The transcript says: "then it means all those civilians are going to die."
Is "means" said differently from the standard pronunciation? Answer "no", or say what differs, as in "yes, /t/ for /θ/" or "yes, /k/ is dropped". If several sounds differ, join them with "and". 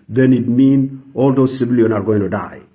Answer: yes, /z/ is dropped